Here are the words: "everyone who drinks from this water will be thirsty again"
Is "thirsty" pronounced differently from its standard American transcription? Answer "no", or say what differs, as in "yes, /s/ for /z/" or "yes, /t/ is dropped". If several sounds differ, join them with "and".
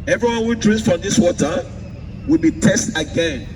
yes, /t/ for /θ/